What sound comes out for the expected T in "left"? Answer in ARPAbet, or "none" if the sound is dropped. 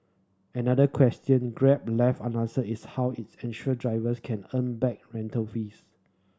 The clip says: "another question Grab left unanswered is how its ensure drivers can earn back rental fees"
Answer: none